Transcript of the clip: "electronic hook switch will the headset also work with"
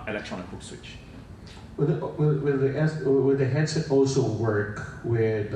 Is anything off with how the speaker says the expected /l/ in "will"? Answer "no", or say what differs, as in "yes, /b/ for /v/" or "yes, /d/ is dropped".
yes, /w/ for /l/